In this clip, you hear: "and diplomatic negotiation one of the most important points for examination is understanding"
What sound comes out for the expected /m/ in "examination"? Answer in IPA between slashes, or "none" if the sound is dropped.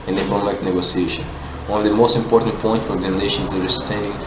none